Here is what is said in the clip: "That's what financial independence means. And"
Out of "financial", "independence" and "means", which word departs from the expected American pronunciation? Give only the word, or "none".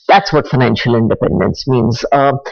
none